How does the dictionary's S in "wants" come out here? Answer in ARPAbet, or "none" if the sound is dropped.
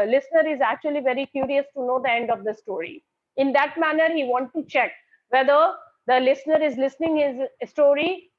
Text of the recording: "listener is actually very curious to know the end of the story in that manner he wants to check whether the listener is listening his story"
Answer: none